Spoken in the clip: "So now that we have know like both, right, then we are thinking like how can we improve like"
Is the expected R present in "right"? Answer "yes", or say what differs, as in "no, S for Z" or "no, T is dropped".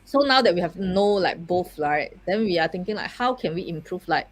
no, L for R